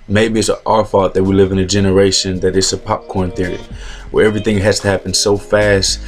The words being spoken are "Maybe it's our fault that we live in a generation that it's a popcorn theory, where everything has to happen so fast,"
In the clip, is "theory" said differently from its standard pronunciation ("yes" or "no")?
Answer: no